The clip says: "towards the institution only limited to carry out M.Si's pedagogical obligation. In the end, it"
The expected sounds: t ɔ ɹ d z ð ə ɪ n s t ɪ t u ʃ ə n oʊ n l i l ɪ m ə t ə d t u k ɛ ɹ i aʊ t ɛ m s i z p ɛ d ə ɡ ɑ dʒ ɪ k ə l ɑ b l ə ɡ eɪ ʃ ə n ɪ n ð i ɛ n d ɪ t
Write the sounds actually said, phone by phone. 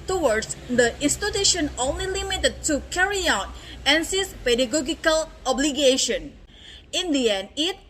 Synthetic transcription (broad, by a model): t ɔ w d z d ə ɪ n s t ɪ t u ʃ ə n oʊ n l i l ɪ m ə t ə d t u k ɛ ɹ i aʊ t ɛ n s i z p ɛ d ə ɡ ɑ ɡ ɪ k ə l ɑ b l ə ɡ eɪ ʃ ə n ɪ n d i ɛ n ɪ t